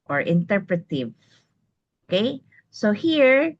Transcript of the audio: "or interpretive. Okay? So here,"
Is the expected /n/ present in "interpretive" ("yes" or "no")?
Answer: yes